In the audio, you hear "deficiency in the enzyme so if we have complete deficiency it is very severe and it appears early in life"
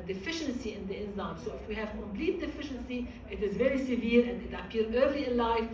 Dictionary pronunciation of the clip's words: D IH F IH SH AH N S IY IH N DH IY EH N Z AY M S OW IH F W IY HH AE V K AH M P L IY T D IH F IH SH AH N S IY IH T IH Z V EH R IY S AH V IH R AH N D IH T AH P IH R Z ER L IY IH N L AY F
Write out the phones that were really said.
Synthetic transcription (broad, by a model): D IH F IH SH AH N S IY IH N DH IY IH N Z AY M S OW IH F W IY HH AE V K AH M P L IY T D IH F IH SH AH N S IY IH T IH Z V EH R IY S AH V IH R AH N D IH T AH P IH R ER L IY IH N L AY F